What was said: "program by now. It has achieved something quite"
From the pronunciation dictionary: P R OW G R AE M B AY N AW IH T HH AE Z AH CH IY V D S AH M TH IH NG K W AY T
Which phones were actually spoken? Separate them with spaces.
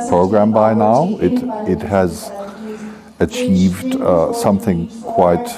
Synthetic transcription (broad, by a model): P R OW G R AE M B AY N AW IH T HH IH Z AH CH IY V D S AH M TH IH NG K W AY T